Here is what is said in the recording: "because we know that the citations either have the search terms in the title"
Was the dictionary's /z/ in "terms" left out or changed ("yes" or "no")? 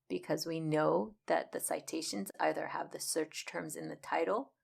no